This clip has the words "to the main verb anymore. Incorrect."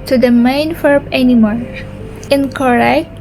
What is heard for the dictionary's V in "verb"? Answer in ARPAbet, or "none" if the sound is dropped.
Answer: F